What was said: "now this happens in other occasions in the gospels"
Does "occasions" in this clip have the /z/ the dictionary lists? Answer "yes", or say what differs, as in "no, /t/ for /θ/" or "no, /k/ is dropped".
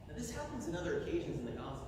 yes